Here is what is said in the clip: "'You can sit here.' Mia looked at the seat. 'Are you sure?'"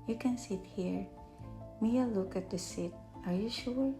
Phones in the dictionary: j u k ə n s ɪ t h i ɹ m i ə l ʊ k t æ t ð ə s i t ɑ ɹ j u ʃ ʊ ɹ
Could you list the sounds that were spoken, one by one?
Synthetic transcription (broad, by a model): j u k ə n s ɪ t h i ɹ m i ə l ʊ k æ t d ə s i t ɑ ɹ j u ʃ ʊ ɹ